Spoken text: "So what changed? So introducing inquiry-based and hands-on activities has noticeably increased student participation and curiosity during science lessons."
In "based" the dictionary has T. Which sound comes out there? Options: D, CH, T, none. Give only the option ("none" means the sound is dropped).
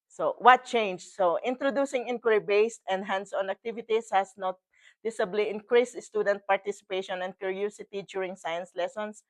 T